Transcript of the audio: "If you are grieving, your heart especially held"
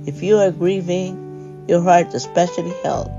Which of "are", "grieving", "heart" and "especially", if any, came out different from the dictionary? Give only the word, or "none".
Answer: none